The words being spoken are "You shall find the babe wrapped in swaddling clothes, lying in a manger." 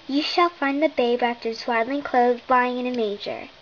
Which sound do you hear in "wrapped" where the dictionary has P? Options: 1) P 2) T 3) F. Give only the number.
3